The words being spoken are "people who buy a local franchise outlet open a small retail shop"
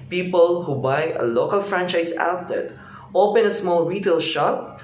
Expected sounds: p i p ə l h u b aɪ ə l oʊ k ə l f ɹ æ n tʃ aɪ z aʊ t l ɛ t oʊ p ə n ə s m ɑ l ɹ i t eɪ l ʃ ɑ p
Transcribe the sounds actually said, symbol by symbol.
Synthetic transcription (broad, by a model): p i p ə l h u b aɪ ə l oʊ k ə l f ɹ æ n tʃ aɪ s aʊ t ɛ t oʊ p ə n ə s m ɑ l ɹ i t eɪ l ʃ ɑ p